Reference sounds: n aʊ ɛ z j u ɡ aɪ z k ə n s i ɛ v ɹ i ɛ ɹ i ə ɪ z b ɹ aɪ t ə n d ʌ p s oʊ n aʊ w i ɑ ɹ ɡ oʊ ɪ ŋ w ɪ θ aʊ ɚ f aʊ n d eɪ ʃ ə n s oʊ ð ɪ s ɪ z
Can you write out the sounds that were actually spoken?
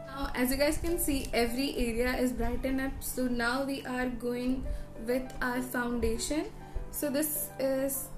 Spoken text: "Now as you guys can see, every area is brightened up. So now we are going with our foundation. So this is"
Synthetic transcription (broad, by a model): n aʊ ɛ z j u ɡ aɪ z k ə n s i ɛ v ɹ i ɛ ɹ i ə ɪ z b ɹ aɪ t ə n ʌ p s oʊ n aʊ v i ɑ ɹ ɡ oʊ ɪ ŋ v ɪ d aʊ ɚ f aʊ n d eɪ ʃ ə n s oʊ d ɪ s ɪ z